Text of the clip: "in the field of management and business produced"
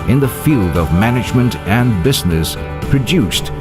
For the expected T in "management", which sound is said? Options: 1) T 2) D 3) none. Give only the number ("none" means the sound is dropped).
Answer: 1